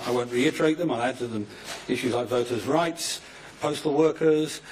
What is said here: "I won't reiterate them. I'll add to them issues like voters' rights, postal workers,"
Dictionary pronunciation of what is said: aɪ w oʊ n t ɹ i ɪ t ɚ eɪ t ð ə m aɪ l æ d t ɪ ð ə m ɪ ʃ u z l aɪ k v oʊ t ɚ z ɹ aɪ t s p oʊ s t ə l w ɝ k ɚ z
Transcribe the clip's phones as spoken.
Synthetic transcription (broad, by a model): aɪ w oʊ n t ɹ i ɪ t ɚ eɪ t ð ə m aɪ æ d t ɪ ð ə m ɪ ʃ u z l aɪ k v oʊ t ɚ z ɹ aɪ t s p oʊ s t ə l w ɝ k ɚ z